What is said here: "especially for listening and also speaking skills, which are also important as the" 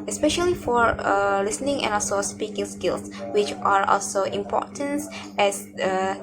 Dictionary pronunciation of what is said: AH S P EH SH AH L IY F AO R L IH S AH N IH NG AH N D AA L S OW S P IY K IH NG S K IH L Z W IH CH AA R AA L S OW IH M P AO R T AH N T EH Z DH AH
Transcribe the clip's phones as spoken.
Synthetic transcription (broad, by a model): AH S P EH SH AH L IY F AO R L IH S AH N IH NG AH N AA L S OW S P IY K IH NG S K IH L S W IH CH AA R AA L S OW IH M P AO T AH N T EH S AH